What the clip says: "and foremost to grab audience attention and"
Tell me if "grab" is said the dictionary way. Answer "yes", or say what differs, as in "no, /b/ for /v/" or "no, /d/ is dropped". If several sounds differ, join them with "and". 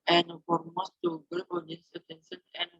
no, /ɹ/ is dropped